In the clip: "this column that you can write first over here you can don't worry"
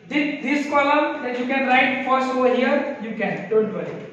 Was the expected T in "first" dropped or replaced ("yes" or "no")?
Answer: yes